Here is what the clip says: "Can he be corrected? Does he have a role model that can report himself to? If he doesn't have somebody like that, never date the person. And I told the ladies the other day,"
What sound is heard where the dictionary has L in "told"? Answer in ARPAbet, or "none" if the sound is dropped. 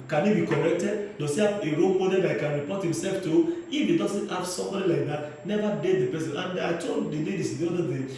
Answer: N